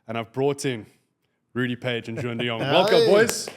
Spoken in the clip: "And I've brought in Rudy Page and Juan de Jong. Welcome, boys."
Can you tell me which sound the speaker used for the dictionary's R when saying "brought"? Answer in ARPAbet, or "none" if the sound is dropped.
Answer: R